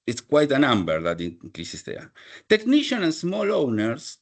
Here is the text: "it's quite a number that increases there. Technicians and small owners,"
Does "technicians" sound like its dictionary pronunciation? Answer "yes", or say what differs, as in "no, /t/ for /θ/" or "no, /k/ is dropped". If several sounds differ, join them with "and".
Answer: no, /z/ is dropped